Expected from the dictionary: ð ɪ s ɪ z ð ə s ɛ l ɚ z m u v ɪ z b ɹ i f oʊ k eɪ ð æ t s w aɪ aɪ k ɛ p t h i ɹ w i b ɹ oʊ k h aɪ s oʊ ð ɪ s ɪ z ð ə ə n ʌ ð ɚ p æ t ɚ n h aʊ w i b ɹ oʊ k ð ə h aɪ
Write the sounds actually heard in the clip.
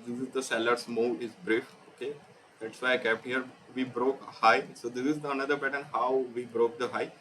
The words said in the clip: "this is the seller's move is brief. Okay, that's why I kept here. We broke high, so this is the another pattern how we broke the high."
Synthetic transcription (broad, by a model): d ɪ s ɪ z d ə s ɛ l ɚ s m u ɪ z b ɹ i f oʊ k eɪ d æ t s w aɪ aɪ k ɛ p t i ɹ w i b ɹ oʊ k h aɪ s oʊ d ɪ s ɪ z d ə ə n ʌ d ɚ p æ t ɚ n h aʊ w i b ɹ oʊ k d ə h aɪ